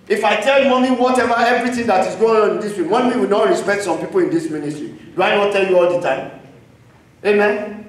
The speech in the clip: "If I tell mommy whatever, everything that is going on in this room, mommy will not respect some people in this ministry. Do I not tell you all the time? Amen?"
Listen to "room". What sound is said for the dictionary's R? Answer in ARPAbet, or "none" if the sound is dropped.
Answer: W